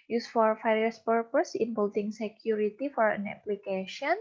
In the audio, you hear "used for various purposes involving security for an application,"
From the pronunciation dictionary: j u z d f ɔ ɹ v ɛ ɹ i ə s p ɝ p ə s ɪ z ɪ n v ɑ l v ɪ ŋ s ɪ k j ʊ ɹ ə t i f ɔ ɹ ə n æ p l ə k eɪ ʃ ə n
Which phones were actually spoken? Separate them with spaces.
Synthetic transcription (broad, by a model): j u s f ɔ ɹ f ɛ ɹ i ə s p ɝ p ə s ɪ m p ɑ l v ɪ ŋ s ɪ k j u ɹ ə t i f ɔ ɹ ə n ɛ p l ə k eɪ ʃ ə n